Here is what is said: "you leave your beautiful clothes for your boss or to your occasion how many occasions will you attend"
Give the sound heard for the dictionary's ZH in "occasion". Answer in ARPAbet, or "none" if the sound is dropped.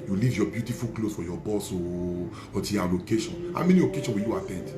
SH